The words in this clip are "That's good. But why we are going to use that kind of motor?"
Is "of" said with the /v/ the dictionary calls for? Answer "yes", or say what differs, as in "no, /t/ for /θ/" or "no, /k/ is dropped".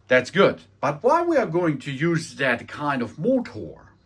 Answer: yes